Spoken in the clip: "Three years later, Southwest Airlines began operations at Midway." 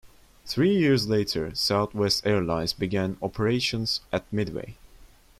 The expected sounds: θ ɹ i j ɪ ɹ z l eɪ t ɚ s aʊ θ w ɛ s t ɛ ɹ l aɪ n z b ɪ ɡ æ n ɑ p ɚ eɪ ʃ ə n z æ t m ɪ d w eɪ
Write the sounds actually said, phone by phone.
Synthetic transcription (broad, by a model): θ ɹ i j ɪ ɹ z l eɪ t ɚ s aʊ θ w ɛ s t ɛ ɹ l aɪ n z b ɪ ɡ æ n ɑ p ɚ eɪ ʃ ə n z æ t m ɪ d w eɪ